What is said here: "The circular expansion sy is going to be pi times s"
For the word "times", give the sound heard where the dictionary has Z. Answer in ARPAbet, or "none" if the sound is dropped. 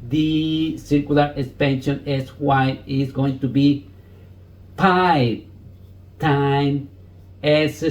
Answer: none